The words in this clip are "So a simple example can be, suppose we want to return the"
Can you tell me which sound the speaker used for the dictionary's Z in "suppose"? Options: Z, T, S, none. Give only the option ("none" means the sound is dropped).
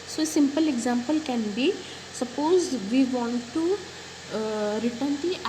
Z